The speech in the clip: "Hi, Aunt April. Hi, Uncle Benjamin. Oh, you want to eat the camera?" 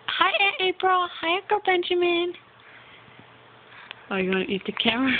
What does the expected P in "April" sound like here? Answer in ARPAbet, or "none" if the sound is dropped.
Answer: P